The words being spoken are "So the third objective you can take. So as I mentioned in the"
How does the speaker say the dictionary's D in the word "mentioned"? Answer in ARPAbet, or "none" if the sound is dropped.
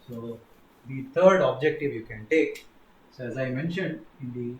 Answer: D